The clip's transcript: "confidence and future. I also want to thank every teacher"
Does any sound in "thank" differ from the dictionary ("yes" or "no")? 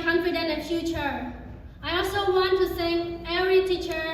yes